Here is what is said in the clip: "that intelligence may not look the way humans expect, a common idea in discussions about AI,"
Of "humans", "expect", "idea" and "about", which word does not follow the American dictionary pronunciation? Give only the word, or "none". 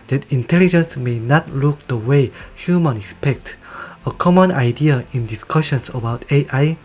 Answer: humans